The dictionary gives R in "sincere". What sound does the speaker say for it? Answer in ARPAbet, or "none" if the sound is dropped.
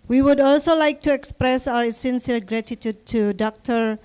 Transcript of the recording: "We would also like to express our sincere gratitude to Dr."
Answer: L